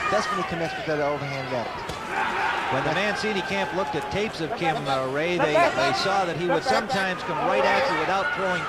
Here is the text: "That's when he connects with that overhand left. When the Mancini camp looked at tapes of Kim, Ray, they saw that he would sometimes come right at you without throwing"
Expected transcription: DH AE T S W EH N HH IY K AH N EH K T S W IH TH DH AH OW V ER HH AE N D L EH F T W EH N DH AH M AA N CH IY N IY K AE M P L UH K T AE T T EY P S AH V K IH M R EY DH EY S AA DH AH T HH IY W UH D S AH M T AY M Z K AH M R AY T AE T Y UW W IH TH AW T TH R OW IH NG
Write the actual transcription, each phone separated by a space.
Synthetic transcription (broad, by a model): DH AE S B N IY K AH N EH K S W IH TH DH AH OW V ER HH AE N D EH T W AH N DH AH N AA N S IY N IY K AE M P L UH K T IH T T EY P S AH V K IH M R EY DH EY S AA DH AH T HH IY W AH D S AH M T AY M Z K AH M R AY T AE T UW W IH TH AW T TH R OW IH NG